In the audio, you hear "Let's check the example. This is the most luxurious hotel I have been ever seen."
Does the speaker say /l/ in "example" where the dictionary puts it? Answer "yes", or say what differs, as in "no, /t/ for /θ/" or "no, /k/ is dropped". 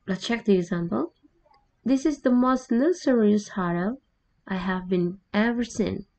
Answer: yes